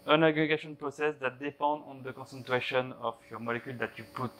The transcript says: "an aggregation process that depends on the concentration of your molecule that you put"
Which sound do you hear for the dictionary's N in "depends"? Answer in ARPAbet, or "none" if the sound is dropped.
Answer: none